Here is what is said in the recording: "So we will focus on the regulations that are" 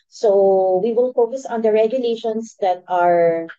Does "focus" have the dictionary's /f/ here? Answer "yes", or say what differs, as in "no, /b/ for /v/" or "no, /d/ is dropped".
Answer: yes